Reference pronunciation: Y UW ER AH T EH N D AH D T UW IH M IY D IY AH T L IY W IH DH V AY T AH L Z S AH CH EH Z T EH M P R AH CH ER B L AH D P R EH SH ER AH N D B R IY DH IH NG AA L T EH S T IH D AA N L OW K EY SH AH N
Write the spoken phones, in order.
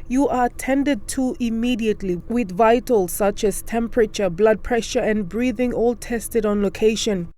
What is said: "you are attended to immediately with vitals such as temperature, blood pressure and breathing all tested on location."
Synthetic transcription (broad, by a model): Y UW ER AH T EH N D AH D T UW IH M IY D IY AH T L IY W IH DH V AY T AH L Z S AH CH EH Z T EH M P R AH CH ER B L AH D P R EH SH ER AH N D B R IY DH IH NG AA L T EH S T IH D AA N L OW K EY SH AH N